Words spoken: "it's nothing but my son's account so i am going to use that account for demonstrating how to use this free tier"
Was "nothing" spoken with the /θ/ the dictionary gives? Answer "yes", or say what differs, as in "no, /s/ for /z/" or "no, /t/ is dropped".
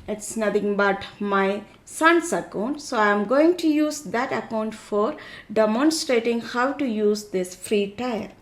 no, /t/ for /θ/